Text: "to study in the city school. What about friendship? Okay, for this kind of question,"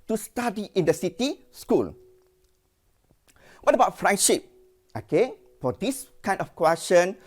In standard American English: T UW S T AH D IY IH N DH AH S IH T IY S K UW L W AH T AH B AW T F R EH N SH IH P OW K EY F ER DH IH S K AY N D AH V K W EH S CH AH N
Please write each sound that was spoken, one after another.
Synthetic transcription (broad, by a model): T UW S T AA D IY IH N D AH S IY T IY S K UW L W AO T AH B AW T F R EH N SH IH P OW K EY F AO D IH S K AY N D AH F K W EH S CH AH N